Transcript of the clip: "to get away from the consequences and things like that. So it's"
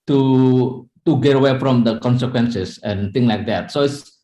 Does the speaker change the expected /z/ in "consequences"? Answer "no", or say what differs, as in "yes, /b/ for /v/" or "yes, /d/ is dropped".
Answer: yes, /s/ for /z/